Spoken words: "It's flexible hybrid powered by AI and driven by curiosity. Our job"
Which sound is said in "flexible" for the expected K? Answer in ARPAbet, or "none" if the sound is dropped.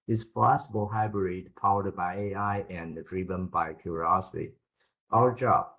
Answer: none